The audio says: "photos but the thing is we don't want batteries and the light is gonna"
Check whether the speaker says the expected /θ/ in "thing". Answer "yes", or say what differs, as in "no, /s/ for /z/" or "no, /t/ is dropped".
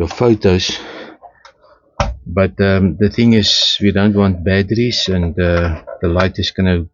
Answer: yes